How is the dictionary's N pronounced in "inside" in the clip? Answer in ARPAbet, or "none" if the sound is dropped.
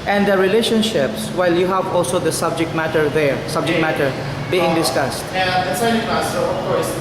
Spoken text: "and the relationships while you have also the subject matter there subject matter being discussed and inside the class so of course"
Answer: none